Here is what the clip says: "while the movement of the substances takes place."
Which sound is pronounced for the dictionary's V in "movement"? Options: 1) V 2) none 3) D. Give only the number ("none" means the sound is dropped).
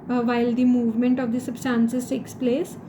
1